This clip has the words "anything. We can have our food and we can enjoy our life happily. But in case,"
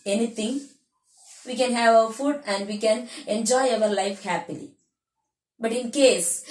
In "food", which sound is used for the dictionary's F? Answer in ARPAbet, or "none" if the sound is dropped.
F